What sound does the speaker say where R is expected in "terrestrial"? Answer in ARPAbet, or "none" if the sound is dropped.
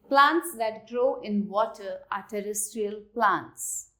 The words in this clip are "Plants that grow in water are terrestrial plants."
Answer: R